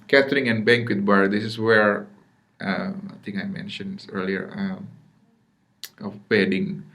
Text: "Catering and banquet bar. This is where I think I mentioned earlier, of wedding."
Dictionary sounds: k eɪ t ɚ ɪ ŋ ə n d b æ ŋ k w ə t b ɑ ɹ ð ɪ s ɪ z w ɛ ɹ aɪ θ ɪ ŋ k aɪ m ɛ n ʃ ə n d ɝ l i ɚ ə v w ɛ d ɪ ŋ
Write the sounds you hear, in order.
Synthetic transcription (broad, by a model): k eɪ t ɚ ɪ ŋ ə n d b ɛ ŋ k w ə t b ɑ ɹ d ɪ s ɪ s w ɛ ɹ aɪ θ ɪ ŋ aɪ m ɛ n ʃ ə n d ɝ l i ɚ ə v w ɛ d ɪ ŋ